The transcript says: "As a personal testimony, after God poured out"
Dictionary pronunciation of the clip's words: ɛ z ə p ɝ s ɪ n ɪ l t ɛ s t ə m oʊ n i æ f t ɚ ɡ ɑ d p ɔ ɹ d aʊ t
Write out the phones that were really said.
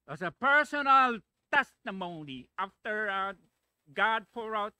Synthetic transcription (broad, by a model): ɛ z ə p ɝ s ɪ n ɪ l t ɛ s t ə m oʊ n i æ f t ɚ ɡ ɑ d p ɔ ɹ aʊ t